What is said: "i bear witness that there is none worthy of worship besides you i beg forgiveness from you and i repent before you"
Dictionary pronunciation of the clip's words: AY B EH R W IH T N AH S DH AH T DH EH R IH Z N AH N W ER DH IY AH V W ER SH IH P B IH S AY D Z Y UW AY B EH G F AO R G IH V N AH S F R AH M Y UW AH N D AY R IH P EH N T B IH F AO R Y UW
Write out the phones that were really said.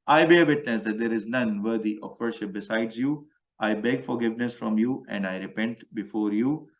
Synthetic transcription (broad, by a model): AY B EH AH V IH T N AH S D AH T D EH R IH Z N AH N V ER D IY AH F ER SH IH P B IH S AY D Z Y UW AY B EH G F AO R G IH V N AH S F R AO M Y UW AH N D AY R IH P EH N T B IH F AO R Y UW